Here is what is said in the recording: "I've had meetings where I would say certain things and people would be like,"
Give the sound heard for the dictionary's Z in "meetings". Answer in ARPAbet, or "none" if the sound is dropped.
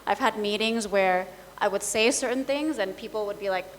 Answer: Z